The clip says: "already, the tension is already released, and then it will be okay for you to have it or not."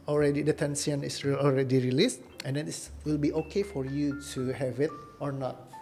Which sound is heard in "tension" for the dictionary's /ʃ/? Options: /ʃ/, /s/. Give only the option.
/s/